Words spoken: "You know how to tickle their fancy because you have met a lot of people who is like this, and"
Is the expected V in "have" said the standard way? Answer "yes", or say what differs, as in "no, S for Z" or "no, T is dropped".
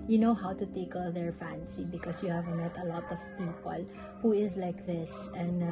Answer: yes